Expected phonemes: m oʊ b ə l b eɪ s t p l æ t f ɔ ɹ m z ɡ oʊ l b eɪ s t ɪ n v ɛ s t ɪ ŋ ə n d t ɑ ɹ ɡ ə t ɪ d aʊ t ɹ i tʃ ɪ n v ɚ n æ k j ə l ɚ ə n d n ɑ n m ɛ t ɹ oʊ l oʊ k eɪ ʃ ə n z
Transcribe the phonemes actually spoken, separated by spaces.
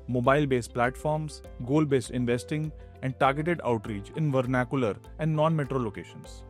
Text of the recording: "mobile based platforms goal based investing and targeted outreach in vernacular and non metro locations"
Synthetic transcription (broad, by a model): m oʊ b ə l b eɪ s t p l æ t f ɔ ɹ m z ɡ oʊ l b eɪ s t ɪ n v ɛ s t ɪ ŋ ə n d t ɑ ɹ ɡ ə t ɪ d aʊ t ɹ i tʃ ɪ n v ɚ n æ k j ə l ɚ ə n d n ɑ n m ɛ t ɹ oʊ l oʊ k eɪ ʃ ə n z